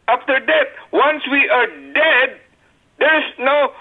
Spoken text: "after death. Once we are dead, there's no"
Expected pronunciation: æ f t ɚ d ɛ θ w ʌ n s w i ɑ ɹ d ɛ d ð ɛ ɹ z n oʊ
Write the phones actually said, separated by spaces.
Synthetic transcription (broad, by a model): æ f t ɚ d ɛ t w ʌ n s w i ɑ ɹ d ɛ d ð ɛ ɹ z n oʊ